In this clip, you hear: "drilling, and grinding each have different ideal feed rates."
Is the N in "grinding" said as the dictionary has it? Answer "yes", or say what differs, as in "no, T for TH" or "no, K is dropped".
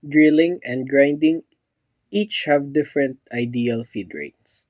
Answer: yes